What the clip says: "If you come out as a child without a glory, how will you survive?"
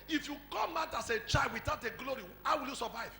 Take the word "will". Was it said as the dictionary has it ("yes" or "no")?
yes